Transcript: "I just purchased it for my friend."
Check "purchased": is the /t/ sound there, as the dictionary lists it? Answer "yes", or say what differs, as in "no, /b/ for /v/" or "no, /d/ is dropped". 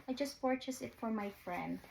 no, /t/ is dropped